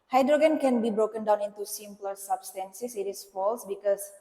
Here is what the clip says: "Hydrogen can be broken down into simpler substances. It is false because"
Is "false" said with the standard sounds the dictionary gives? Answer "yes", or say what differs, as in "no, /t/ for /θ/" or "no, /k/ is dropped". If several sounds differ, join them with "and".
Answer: yes